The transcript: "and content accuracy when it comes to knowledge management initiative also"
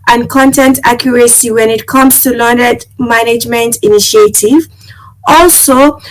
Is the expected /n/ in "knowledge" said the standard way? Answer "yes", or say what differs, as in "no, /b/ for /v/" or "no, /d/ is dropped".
no, /l/ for /n/